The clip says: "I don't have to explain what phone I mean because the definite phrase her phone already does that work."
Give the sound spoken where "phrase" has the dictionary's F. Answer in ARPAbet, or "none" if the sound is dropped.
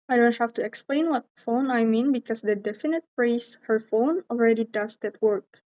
P